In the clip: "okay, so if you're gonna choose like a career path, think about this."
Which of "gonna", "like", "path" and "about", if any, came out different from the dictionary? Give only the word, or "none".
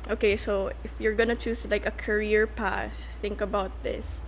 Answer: path